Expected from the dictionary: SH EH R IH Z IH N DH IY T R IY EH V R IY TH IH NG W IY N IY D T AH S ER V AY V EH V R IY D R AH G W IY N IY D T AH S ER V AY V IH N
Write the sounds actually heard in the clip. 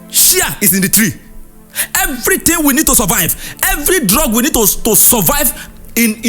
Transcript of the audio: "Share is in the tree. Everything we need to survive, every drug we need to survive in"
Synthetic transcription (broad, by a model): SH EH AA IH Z IH N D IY T R IY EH V R IY T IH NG W IY N IY D T AH S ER V AY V EH V R IY D R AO G W IY N IY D T AH S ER V AY V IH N